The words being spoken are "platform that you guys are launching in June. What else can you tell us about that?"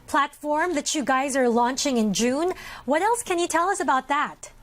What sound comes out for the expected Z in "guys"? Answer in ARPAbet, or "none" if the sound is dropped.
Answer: Z